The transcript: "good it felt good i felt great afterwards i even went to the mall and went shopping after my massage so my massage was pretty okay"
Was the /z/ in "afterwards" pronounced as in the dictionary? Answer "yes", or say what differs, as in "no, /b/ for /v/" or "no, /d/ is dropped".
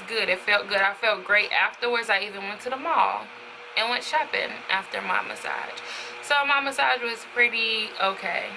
yes